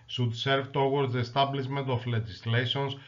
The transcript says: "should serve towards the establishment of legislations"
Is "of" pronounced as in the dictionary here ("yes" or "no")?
no